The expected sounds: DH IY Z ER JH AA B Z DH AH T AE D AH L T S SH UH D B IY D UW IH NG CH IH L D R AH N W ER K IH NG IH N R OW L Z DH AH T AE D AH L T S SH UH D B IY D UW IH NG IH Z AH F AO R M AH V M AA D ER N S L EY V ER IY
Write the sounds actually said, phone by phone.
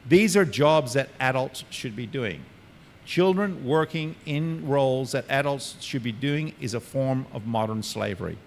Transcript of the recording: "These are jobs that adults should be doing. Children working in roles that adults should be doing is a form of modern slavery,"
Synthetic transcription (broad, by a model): DH IY Z ER JH AA B Z DH AH T AE D AH L T S SH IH D B IY D UW IH NG CH IH L D R AH N W ER K IH NG IH N R OW L Z DH AH T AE D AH L T S SH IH D B IY D UW IH NG IH Z AH F AO R M AH V M AA D ER N S L EY V ER IY